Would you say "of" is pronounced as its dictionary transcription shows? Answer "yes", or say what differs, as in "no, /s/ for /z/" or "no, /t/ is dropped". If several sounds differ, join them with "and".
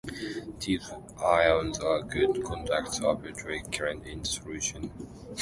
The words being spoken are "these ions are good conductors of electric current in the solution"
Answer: no, /b/ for /v/